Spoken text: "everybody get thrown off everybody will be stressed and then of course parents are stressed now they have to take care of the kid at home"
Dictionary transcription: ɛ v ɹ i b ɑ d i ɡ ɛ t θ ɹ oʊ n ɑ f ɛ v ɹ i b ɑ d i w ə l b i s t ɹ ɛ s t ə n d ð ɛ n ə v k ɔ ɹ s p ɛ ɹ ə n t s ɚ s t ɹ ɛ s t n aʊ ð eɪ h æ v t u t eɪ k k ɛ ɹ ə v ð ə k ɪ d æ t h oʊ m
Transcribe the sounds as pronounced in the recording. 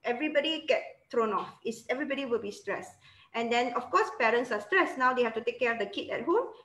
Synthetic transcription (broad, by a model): ɛ v ɹ i b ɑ d i ɡ ɛ t t ɹ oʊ n ɑ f ɛ v ɹ i b ɑ d i w ə l b i s t ɹ ɛ s t ə n d ɛ n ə f k ɔ s p ɛ ɹ ə n t s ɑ s t ɹ ɛ s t n aʊ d eɪ h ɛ f t u t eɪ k k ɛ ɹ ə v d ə k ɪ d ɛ t h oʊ m